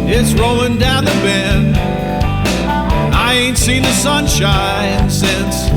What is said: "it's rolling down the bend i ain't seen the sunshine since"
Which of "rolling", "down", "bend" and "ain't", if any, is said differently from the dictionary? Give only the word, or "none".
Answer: bend